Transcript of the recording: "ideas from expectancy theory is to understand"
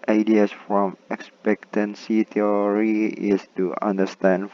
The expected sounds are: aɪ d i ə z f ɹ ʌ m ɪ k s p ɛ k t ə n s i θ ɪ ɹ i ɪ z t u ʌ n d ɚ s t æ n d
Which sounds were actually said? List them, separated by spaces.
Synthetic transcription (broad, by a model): aɪ d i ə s f ɹ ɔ m ɪ k s p ɛ k t ə n s i t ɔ ɹ i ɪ s t u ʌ n d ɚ s t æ n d